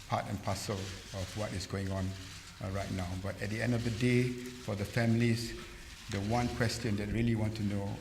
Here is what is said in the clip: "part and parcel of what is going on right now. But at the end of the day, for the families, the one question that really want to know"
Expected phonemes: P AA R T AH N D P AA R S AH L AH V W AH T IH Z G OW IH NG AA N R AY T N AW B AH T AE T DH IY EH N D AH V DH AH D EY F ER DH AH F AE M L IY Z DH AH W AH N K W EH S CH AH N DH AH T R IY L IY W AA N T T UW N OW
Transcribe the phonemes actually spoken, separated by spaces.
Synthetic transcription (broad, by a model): P AA T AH N P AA S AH L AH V W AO T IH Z G OW IH NG AA N R AY T N AW B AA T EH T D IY EH N D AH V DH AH D EY F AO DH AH F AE M L IY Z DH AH W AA N K W EH S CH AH N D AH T R IY L IY W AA N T T UW N OW